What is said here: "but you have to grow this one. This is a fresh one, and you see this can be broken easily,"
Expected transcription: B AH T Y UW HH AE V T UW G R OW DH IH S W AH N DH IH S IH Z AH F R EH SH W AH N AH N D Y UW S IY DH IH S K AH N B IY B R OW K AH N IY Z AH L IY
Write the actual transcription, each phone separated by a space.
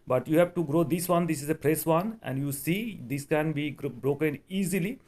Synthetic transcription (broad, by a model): B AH T Y UW HH AE V T UW G R OW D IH S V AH N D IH S IH Z AH P R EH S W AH N AH N D Y UW S IY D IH S K AH N B IY B R OW K AH N IY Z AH L IY